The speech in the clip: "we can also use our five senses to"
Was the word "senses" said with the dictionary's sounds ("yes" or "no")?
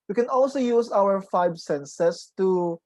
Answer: no